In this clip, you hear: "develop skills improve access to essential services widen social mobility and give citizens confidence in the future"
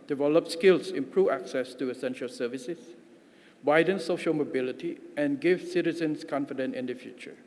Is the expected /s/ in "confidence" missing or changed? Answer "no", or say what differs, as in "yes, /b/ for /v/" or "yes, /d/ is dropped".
yes, /s/ is dropped